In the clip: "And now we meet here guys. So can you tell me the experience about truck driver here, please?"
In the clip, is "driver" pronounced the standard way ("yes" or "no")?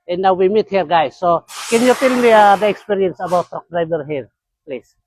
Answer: no